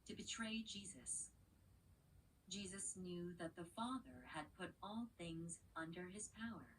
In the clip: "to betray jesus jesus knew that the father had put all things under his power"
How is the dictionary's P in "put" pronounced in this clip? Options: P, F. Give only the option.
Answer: P